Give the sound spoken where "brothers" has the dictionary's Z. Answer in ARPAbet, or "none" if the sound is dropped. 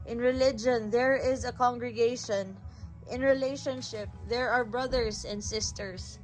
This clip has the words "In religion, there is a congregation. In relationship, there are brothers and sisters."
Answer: S